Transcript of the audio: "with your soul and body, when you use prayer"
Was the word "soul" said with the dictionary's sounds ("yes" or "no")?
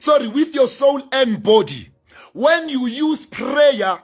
no